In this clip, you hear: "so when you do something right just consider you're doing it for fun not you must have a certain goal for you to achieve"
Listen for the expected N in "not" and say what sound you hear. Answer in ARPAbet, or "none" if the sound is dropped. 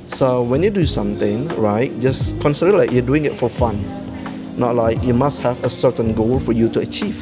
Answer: L